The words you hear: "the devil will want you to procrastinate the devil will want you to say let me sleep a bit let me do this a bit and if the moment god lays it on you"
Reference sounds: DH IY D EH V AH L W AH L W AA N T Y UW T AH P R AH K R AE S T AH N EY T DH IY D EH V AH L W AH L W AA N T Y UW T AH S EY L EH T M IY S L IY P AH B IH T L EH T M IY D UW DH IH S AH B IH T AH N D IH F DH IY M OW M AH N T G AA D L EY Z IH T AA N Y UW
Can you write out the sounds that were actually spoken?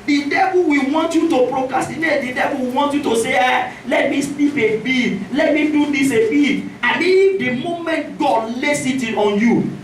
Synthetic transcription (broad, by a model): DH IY D EH V AH L W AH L W AA N T Y UW T AH P R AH K R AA S T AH N EY T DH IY D EH V AH L W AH W AA N T Y UW T AH S EY L EH T M IY S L IY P AH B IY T L EH T M IY D UW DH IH S AH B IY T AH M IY IH F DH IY M OW M AH N T G AA D L EY S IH T AA N Y UW